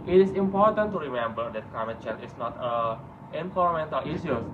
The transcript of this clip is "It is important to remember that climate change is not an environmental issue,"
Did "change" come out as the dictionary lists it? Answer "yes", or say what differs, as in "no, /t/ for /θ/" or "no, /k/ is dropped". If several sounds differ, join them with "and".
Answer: no, /dʒ/ is dropped